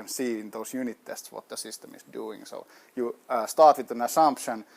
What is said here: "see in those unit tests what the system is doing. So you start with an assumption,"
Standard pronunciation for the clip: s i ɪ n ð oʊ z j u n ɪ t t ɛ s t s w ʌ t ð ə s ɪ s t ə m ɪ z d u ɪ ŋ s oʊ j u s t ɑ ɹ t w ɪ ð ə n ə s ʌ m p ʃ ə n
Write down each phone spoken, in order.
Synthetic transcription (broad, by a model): s i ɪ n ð oʊ s j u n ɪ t t ɛ s t s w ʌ t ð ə s ɪ s t ə m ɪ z d u ɪ ŋ s oʊ j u s t ɑ ɹ t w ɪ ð ə n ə s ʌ m p ʃ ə n